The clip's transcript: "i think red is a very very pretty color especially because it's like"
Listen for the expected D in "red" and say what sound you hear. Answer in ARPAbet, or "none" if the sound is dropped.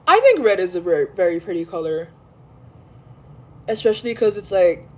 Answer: D